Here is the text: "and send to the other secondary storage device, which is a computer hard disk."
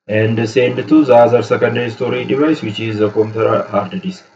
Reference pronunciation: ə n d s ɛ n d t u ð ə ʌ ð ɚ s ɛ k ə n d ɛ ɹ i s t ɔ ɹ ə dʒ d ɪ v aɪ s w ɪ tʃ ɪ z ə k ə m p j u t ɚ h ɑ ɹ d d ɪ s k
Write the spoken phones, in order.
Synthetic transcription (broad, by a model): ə n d s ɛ n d t u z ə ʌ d s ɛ k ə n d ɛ i s t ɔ ɹ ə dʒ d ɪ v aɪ s w ɪ tʃ ɪ z ə k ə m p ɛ t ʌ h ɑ ɹ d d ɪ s